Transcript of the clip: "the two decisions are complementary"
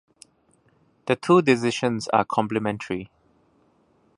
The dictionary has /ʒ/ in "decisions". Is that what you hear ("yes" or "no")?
no